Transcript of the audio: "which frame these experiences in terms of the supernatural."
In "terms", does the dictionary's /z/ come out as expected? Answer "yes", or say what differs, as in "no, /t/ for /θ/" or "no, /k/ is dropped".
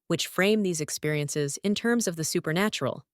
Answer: yes